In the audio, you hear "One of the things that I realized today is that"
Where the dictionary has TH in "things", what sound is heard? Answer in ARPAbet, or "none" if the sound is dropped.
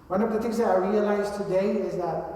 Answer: T